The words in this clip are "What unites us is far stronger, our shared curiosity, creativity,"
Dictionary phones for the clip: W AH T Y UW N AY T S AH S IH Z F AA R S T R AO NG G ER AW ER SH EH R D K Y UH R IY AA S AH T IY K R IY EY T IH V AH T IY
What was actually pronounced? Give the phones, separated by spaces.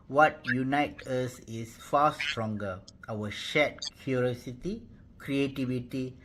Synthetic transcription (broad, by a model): W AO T Y UW N AY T AH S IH S F AA S T R AO NG G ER AW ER SH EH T K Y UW R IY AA S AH T IY K R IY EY T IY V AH T IY